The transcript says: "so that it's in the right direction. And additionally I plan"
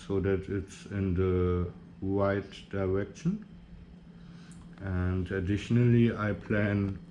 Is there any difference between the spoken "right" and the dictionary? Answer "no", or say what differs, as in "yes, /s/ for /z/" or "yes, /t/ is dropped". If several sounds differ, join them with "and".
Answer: yes, /w/ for /ɹ/